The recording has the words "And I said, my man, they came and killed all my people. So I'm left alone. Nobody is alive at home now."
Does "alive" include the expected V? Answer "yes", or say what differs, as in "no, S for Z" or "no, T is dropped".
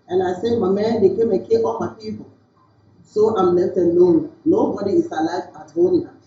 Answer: no, B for V